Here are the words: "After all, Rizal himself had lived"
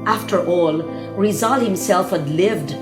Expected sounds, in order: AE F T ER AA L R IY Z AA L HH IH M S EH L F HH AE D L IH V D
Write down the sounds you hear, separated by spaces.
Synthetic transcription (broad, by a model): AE F T ER AA L R IY Z AA L HH IH M S EH L F HH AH D L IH V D